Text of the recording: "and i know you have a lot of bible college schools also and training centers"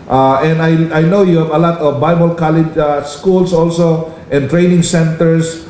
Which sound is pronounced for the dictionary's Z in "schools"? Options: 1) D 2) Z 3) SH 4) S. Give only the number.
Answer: 4